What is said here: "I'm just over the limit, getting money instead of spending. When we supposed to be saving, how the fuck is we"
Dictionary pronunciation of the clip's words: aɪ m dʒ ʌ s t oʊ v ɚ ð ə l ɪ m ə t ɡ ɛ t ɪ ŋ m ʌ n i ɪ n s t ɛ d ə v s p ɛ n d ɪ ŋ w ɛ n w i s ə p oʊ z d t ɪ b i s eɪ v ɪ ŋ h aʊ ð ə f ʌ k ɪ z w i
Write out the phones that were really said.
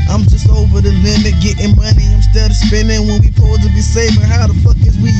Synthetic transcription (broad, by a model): aɪ m dʒ ʌ s t oʊ v ɚ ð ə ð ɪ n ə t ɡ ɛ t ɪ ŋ m ʌ n i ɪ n s t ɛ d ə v s p ɛ n d ɪ ŋ w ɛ n w i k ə ʊ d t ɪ b i s eɪ f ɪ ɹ h aʊ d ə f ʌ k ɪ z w i